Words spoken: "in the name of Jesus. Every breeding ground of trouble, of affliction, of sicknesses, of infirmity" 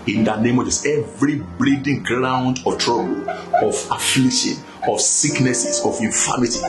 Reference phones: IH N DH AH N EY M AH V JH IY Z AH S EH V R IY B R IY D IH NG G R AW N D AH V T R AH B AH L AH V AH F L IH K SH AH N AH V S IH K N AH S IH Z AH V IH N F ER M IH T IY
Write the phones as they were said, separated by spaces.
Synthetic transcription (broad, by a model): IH N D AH N EY M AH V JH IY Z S EH V R IY B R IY D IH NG G R AW N D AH T R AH B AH L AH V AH F L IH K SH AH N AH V S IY K N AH S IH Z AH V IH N F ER M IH T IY